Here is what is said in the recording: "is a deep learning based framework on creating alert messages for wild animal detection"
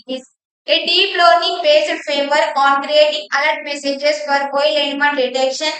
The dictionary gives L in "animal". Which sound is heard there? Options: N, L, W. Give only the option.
N